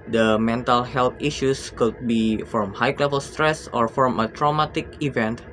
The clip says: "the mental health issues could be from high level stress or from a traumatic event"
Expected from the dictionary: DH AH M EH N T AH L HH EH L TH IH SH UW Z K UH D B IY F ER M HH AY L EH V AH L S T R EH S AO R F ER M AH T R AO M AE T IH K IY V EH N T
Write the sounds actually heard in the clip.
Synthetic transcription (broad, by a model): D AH M EH N T AH L HH EH L T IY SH UW S K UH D B IY F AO M HH AY L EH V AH L S T R EH S AO R F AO M AH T R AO M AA T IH K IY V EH N T